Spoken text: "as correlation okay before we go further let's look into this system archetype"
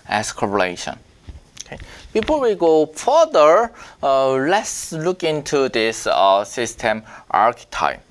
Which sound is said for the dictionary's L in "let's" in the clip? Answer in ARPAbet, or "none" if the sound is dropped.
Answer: L